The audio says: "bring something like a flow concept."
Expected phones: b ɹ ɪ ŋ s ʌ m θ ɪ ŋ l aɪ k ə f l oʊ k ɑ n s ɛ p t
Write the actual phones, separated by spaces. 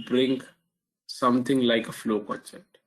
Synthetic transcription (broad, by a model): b ɹ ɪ ŋ s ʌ m t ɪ ŋ l aɪ k ə f l oʊ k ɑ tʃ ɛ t